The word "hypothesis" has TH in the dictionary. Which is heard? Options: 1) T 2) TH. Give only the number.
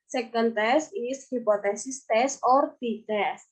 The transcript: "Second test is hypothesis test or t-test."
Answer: 1